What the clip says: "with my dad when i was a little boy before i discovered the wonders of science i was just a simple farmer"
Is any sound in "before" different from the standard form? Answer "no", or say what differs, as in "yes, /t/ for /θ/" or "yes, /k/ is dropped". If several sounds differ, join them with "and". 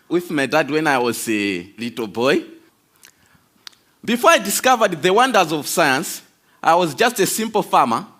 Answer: no